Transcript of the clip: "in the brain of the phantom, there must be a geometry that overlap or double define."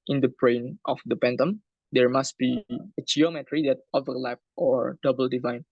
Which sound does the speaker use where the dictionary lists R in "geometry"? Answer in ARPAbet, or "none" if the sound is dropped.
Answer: R